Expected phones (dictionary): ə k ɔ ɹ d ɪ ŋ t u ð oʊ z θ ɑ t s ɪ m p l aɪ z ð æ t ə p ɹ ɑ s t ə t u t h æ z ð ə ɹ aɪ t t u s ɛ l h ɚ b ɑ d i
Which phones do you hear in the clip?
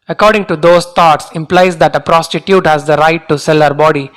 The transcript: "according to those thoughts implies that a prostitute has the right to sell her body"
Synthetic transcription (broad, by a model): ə k ɔ ɹ d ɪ ŋ t u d oʊ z t ɑ t s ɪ m p l aɪ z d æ t ə p ɹ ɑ s t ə t u t h æ z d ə ɹ aɪ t t u s ɛ l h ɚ b ɑ d i